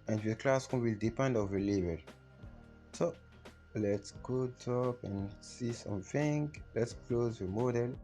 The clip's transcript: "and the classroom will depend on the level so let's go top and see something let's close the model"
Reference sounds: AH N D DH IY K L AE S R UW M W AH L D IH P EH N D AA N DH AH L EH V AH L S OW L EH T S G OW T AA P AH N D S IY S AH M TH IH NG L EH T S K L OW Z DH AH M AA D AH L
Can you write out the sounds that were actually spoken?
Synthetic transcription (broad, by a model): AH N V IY K L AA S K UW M W AH L D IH P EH N D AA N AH L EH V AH L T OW L EH T S G OW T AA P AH N S IY S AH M F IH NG L EH T S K L OW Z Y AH M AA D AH L